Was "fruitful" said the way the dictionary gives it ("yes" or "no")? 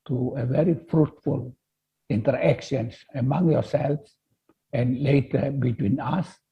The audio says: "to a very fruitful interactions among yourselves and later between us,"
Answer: yes